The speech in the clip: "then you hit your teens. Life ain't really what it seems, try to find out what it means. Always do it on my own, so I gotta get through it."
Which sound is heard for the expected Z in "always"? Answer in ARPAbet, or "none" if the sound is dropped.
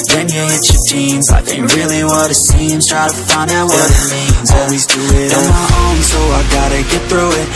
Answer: Z